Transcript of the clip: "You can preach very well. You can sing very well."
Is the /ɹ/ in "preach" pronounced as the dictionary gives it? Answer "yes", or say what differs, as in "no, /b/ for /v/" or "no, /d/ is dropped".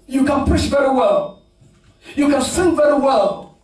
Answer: no, /ɹ/ is dropped